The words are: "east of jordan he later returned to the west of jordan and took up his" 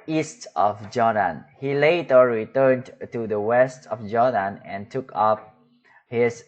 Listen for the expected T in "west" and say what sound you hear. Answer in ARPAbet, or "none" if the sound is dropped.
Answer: T